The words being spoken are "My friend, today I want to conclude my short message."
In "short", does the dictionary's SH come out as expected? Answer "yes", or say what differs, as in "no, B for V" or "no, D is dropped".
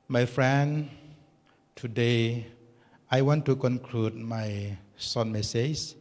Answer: no, S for SH